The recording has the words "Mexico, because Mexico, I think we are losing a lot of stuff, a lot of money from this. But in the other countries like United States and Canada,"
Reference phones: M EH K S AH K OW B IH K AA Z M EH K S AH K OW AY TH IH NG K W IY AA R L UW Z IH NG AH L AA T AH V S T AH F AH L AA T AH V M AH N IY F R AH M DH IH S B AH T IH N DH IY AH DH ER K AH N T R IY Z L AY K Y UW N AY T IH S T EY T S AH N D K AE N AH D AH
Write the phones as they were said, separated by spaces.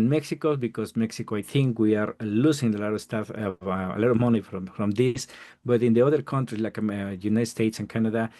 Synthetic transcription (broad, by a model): M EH K S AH K OW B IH K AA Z M EH K S AH K OW AY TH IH NG K W IY AA R L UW S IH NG AH L AA T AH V S T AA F AH L AA T AH V M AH N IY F R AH M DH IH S B AH T IH N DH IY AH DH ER K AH N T R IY S L AY K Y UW N AY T S T EY T S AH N K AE N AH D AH